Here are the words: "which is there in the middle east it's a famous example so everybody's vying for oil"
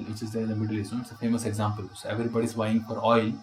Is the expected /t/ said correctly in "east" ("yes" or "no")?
no